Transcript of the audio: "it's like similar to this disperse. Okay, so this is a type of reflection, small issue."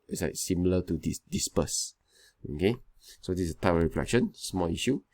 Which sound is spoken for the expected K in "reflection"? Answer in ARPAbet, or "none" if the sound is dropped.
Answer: K